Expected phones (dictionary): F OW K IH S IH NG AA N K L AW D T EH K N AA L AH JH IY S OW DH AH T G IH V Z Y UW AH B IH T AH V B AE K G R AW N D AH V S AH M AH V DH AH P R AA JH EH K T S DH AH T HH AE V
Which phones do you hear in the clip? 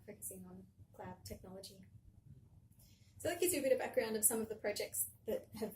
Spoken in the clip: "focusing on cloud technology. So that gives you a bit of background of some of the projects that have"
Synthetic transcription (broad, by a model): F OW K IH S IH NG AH N K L AW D T EH K N AA L AH JH IY S OW DH AH T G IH Z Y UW AH B IH T AH V B AE K G R AW N D AH V S AH M AH V DH AH P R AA JH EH K T S DH AH T HH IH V